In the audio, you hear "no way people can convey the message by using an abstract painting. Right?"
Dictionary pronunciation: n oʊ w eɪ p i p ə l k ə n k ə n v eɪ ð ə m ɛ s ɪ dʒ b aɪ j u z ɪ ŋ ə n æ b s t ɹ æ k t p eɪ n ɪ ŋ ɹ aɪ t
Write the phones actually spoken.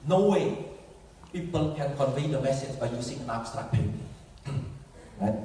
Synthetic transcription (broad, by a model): n oʊ w eɪ p i p ə l k ə n k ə n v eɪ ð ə m ɛ s ɪ dʒ b aɪ j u s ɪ ŋ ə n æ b s t ɹ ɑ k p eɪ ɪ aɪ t